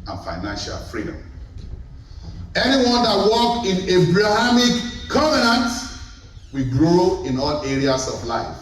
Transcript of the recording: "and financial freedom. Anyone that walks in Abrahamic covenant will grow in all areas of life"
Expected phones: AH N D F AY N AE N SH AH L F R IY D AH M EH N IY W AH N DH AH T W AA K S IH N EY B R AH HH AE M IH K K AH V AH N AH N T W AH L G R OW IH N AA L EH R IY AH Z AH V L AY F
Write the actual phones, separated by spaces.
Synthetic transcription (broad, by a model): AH N F AY N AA N SH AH L F R IY D AH M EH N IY W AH N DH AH T W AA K IH N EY B R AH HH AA M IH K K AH V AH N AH N T W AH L G R OW IH N AA L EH R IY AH S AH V L AY F